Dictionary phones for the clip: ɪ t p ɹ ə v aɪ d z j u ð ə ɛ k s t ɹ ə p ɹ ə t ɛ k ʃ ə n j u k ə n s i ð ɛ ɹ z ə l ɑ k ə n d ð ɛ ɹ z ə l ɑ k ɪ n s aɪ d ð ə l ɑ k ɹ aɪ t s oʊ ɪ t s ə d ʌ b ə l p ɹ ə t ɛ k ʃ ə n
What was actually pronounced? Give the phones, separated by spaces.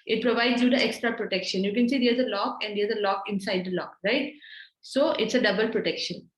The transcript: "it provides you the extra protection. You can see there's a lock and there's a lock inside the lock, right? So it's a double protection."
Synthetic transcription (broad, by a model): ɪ t p ɹ ə v aɪ d z j u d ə ɛ k s t ɹ ə p ɹ ə t ɛ k ʃ ə n j u k ə n s i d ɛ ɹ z ə l ɑ k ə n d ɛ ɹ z ə l ɑ k ɪ n s aɪ d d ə l ɑ k ɹ aɪ t s oʊ ɪ t s ə d ʌ b ə l p ɹ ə t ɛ k ʃ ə n